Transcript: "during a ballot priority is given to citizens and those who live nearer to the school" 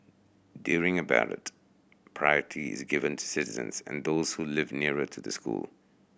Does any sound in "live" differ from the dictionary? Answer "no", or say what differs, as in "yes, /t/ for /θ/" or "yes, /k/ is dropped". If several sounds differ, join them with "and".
no